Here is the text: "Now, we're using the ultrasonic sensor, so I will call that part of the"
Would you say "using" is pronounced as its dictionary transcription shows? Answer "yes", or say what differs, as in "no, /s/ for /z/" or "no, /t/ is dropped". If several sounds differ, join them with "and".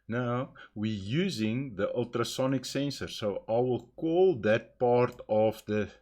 yes